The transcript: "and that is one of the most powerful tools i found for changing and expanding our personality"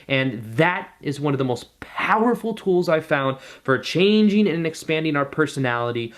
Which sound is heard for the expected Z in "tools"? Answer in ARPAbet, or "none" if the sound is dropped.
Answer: Z